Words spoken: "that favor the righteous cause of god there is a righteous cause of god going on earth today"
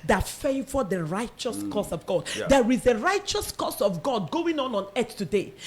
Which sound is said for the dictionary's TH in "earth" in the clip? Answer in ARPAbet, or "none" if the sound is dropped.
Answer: S